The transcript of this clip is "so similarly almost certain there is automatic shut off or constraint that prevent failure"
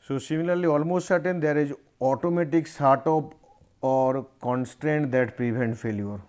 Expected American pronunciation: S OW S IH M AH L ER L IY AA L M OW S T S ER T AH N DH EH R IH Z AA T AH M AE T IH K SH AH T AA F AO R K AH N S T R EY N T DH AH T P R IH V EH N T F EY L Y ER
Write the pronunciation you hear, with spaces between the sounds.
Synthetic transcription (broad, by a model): S OW S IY M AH L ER L IY AA L M OW S T S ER T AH N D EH R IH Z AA T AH M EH T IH K S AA T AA P AO R K AH N S T R EY N T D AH T P R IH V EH N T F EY L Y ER